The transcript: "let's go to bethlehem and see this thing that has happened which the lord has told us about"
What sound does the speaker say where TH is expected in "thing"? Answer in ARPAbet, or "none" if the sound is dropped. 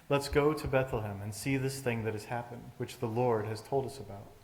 TH